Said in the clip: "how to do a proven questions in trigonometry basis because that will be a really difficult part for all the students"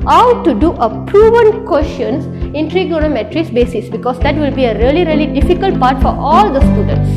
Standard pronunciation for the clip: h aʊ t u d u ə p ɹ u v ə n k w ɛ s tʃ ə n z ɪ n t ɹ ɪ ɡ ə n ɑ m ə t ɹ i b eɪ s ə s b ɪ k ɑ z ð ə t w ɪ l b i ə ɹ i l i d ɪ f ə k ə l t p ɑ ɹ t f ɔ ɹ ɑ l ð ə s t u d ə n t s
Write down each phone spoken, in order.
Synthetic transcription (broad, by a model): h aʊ t u d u ə p ɹ u v ə n k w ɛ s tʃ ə n s ɪ n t ɹ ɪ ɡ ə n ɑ m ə t ɹ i b eɪ s ə s b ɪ k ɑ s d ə t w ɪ l b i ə ɹ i l i d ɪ f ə k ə l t p ɑ ɹ t f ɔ ɹ ɑ l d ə s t u d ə n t s